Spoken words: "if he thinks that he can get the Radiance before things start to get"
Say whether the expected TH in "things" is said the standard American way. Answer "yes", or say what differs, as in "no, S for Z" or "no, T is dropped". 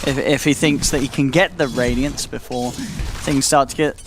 yes